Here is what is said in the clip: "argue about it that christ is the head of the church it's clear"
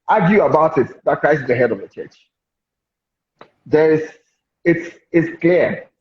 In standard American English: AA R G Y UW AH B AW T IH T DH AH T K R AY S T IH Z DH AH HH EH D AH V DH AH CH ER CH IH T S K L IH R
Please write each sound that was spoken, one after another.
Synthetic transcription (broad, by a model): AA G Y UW AH B AW T IH T DH AH T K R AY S IH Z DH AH HH EH D AH V DH AH CH ER CH IH T S K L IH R